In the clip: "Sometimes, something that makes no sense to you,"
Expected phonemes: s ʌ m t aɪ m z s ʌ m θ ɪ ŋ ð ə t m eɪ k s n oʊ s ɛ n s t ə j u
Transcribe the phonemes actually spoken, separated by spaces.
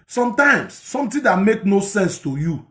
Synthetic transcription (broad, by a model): s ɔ m t aɪ m s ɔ m t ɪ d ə t m eɪ k n oʊ s ɛ n s t ə j u